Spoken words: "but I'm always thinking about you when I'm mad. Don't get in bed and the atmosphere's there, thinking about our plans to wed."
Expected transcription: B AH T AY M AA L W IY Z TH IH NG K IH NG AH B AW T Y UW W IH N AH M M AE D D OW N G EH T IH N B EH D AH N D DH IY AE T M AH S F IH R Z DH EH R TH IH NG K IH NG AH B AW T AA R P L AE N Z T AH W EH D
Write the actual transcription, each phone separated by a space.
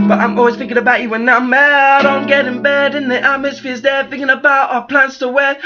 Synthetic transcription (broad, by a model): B AH T AY M AA L W IY Z TH IH NG K IH NG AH B AW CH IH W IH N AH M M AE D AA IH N G EH T IH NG B EH D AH N DH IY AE M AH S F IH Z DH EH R TH IH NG K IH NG AH B AW T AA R P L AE N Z T AH W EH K